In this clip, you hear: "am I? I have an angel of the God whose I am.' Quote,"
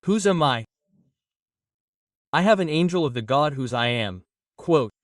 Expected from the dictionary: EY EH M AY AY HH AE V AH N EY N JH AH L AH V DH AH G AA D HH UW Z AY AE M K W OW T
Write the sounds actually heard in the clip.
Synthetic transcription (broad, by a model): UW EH M AY AY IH V AH N EY N JH L AH V DH AH G AA D HH UW Z AY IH M K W OW T